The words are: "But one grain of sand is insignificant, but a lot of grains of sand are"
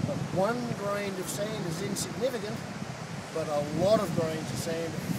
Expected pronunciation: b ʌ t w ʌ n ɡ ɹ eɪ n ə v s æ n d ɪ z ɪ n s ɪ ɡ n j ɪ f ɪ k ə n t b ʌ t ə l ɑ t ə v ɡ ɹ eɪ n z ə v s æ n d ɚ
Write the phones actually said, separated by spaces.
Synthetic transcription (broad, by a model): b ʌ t w ʌ n ɡ ɹ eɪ n ə v s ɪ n ɪ z ɪ n s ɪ ɡ n ɪ f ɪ k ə n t b ʌ t ə l ɑ t ə v ɡ ɹ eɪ n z ə v s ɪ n